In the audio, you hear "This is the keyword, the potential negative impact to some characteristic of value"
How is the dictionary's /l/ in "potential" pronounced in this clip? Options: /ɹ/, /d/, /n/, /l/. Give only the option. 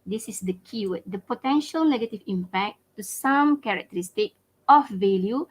/l/